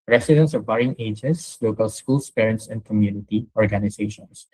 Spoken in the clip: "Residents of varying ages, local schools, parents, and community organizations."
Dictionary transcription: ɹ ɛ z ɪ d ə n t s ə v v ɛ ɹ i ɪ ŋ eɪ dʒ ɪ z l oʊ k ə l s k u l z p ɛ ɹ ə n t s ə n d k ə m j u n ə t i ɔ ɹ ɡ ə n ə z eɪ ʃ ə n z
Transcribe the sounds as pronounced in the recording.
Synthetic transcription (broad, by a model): ɹ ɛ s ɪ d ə n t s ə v b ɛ ɹ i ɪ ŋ eɪ dʒ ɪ s l oʊ k ə l s k u l s p ɛ ɹ ə n t s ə n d k ə m j u n ə t i ɔ ɹ ɡ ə n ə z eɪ ʃ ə n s